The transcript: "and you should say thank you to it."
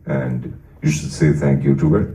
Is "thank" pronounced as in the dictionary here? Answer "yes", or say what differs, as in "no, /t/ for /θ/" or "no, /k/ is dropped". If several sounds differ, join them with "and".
yes